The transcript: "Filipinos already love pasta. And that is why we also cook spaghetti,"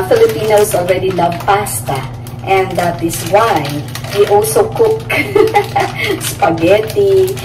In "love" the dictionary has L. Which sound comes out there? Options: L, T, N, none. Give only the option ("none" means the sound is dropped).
N